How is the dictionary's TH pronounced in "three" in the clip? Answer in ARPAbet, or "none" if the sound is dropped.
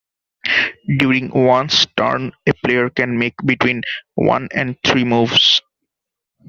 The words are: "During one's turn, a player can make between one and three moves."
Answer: T